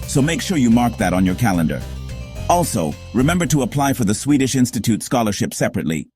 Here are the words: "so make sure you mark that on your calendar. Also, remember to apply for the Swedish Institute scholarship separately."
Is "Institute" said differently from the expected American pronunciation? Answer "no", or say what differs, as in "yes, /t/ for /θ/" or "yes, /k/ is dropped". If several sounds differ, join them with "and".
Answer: no